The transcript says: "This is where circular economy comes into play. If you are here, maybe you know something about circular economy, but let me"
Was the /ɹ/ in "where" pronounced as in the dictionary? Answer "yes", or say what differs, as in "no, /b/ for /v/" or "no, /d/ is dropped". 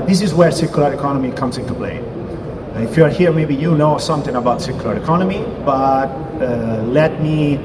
yes